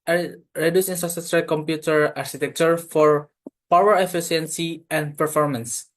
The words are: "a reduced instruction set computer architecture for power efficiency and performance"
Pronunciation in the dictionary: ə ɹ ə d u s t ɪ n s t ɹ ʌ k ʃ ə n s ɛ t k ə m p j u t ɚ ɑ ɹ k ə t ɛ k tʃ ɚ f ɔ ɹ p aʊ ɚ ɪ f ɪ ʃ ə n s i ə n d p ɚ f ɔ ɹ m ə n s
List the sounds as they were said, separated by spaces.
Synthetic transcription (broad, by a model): ɹ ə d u s ɪ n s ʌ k s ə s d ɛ k ə m p j u t ɚ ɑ ɹ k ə t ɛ k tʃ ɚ f ɔ ɹ p aʊ ɚ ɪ f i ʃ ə n s i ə n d p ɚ f ɔ ɹ m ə n s